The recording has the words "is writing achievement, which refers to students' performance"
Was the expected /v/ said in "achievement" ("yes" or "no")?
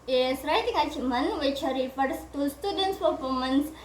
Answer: no